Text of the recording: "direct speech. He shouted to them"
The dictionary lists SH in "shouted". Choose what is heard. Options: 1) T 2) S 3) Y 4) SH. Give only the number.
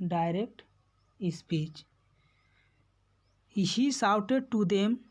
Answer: 2